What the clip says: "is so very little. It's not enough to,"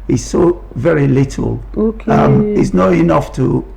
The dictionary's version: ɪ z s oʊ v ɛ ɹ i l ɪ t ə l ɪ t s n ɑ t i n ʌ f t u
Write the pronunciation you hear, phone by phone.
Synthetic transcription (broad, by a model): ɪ s oʊ v ɛ ɹ i l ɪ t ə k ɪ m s n ɑ t i n ʌ f t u